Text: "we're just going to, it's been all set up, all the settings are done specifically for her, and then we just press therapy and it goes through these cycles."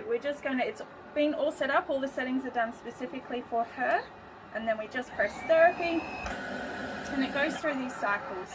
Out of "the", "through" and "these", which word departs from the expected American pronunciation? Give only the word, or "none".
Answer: none